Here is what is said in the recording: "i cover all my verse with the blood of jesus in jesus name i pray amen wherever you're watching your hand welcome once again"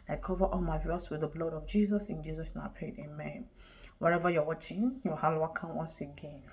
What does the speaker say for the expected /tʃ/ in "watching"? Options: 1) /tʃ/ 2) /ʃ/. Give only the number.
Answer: 1